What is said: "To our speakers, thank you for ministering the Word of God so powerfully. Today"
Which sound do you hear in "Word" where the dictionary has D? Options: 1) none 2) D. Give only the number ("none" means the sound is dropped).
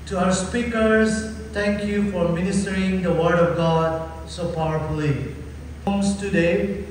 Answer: 2